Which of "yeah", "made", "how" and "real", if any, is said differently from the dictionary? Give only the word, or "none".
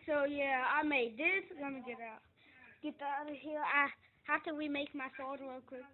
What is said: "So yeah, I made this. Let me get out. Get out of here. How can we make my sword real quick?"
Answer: real